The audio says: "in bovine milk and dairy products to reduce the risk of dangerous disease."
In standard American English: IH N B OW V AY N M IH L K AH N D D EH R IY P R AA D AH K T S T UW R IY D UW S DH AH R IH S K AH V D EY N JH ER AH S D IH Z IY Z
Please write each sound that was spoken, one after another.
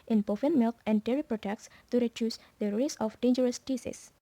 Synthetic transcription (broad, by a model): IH N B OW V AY N M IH L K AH N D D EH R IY P R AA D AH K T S T UW R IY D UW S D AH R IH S AH F D EY N JH ER AH S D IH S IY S